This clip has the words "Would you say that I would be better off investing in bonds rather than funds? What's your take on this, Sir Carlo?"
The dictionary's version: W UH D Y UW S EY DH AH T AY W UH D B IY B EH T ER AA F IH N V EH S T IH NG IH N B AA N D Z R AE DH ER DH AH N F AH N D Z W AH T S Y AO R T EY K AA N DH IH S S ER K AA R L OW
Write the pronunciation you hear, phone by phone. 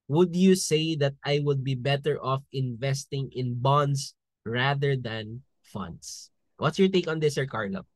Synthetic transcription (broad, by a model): W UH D Y UW S EY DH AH T AY W UH D B IY B EH T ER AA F IH N V EH S T IH NG IH N B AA N D S R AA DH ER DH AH N F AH N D S W AH T S Y AO R T EY K AA N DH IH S S ER K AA R L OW